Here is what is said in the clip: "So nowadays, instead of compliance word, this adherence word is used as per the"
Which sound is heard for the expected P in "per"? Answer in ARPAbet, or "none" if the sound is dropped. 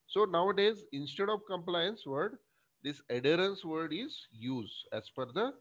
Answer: F